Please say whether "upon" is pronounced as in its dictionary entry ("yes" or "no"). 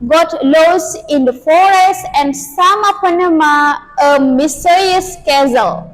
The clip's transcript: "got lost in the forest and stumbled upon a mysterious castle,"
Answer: no